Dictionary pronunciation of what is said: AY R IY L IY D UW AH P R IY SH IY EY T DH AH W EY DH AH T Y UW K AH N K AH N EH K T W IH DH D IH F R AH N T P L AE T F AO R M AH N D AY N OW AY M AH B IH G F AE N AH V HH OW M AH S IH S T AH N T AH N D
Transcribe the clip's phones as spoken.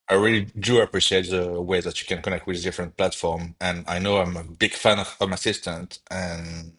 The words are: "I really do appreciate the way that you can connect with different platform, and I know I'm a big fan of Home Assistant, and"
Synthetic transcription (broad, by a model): AY R IY L IY D UW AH P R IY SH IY EY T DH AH W EY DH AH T Y UW K AH N K AH N EH K T W IH DH D IH F R AH N T P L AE T F AO R M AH N AY N OW AY M AH B IH G F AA N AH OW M AH S IH S T AH N T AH N